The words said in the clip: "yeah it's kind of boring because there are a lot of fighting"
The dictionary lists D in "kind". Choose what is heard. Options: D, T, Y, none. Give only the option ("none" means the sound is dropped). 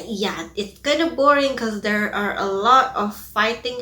none